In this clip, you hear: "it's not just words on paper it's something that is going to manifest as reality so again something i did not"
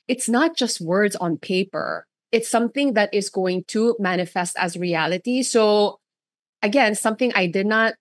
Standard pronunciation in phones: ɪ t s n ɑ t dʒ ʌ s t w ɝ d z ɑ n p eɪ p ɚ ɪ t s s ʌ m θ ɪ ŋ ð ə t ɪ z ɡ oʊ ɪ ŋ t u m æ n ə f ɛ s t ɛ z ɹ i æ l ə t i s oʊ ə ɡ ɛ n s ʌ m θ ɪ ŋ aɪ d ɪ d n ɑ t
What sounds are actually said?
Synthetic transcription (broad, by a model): ɪ t s n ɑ t dʒ ʌ s t w ɝ d z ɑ n p eɪ p ɚ ɪ t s s ʌ m θ ɪ ŋ ð ə t ɪ z ɡ oʊ ɪ ŋ t u m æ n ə f ɛ s t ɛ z ɹ i æ l ə t i s oʊ ə ɡ ɛ n s ʌ m θ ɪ ŋ aɪ d ɪ d n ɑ t